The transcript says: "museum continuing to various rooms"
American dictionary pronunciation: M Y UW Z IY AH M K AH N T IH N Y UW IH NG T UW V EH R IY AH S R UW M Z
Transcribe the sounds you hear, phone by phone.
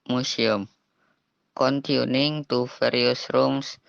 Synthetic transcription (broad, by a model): M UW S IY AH M K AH N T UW N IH NG T UW F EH R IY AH S R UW M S